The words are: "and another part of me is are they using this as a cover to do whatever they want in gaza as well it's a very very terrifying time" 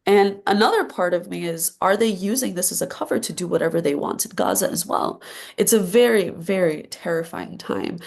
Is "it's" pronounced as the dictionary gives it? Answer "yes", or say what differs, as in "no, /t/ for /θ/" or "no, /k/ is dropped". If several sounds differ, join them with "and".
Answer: yes